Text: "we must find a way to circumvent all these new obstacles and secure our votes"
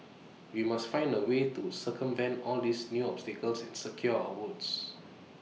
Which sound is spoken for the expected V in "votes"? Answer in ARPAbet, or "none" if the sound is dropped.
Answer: W